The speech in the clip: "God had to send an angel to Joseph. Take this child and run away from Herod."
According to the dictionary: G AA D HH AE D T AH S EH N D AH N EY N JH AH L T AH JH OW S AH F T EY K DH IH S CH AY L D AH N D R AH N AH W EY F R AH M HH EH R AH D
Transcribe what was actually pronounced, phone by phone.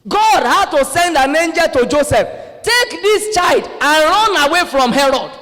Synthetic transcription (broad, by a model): G AA D HH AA D T AH S EH N D AH N EY N JH AH L T AH JH OW S AH F T EY K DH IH S CH AY L D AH N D R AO N AH W EY F R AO M HH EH R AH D